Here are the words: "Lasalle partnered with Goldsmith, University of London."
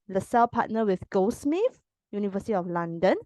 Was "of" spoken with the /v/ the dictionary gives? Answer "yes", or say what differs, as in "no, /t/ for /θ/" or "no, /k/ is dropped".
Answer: no, /f/ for /v/